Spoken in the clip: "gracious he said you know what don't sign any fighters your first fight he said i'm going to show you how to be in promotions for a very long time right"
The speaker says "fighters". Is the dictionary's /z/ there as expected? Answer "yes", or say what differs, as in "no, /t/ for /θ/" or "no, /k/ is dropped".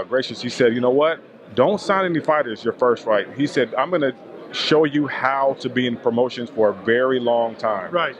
yes